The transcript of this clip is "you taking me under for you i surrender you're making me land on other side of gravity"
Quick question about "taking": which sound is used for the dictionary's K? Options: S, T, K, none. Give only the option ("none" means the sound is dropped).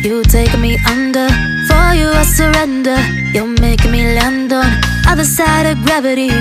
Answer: none